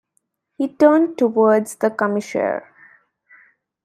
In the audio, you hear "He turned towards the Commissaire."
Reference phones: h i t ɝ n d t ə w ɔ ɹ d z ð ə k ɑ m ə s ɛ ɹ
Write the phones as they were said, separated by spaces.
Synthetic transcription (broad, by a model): h i t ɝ n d t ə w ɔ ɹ d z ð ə k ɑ m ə ʃ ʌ ɹ